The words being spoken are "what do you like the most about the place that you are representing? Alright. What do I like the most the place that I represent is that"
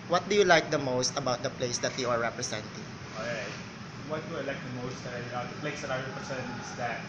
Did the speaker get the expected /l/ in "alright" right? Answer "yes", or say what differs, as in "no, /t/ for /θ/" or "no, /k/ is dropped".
no, /l/ is dropped